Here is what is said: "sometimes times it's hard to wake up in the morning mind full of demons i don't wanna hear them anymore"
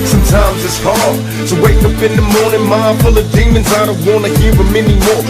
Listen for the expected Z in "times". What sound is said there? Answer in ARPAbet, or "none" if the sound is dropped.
Z